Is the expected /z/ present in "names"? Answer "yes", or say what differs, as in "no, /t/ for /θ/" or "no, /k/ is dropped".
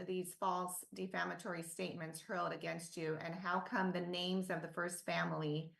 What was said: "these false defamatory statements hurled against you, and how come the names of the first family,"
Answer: yes